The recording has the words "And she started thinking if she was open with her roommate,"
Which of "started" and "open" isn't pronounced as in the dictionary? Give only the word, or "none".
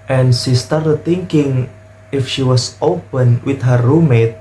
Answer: none